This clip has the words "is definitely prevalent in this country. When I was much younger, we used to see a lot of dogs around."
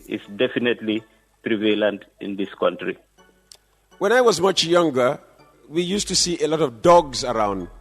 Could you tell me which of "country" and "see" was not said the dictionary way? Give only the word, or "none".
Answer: none